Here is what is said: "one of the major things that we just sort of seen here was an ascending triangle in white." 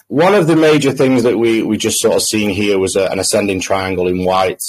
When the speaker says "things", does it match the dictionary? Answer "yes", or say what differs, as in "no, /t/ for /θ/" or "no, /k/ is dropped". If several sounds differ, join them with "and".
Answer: yes